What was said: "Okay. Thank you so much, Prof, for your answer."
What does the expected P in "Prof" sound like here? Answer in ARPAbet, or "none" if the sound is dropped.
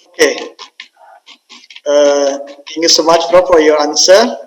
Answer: F